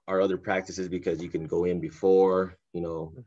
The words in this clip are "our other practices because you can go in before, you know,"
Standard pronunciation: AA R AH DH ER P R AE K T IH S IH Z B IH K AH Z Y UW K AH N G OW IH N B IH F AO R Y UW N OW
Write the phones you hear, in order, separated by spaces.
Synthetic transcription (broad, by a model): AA R AH DH ER P R AE K T IH S IH Z B IH K AH Z Y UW K AH N G OW IH N B IH F AO R Y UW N OW